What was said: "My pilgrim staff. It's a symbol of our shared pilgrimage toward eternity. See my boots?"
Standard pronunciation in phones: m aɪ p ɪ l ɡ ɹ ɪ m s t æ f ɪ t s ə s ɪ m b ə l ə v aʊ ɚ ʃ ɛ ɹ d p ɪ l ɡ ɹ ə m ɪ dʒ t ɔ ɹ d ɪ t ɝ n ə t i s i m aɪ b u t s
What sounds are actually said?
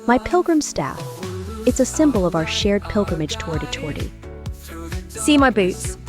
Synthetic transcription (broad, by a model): m aɪ p ɪ l ɡ ɹ ɪ m s t æ f ɪ t s ə s ɪ m b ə l ə v aʊ ɚ ʃ ɛ ɹ d p ɪ l ɡ ɹ ə m ɪ dʒ t ɔ ɹ d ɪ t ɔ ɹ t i s i m aɪ b u t s